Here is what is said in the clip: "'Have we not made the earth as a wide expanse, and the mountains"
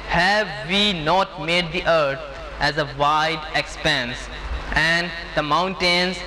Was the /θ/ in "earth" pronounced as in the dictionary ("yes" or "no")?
no